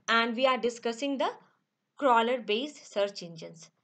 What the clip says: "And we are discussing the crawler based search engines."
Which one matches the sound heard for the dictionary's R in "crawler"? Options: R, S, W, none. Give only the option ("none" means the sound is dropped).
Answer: R